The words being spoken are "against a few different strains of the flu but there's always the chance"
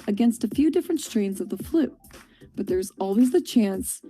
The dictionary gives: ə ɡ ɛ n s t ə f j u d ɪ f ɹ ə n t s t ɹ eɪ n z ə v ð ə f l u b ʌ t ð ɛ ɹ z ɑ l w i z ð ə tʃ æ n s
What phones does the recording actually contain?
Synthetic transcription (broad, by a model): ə ɡ ɛ n s t ə f j u d ɪ f ɹ ə n t s t ɹ eɪ n z ə v ð ə f l u b ʌ t ð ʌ ɹ z ɑ l w i z ð ə tʃ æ n s